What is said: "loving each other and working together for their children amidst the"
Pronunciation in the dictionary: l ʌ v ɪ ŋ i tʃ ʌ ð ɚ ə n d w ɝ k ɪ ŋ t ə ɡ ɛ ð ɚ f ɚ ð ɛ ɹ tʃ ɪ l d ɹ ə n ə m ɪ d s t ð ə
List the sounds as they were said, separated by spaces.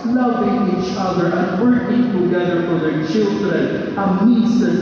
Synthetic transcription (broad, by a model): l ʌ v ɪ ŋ i tʃ ʌ ð ɚ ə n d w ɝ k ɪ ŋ t ə ɡ ɛ ð ɚ f ɚ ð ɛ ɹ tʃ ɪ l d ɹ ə ə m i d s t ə